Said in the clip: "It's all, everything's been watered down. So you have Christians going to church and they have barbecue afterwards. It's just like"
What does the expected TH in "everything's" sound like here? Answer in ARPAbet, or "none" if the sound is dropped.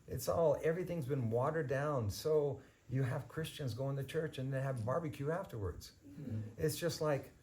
TH